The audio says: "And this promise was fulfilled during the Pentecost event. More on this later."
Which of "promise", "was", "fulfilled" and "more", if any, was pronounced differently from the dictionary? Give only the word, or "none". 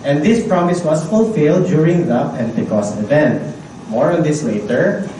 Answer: was